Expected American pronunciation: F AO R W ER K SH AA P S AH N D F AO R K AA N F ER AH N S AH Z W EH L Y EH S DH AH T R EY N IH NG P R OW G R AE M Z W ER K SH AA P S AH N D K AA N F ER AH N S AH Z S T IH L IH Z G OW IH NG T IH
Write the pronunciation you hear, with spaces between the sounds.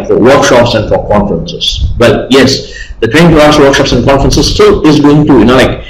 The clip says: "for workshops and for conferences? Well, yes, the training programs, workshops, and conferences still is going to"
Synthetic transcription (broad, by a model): F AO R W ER K SH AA P S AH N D F AO R K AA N F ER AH N S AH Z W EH L Y EH S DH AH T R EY IH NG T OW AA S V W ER K SH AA P S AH N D K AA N F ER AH N S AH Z S T IH L IH Z G OW IH NG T IH